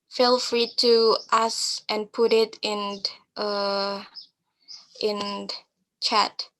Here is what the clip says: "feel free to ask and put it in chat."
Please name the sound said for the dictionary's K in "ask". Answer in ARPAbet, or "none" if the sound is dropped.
none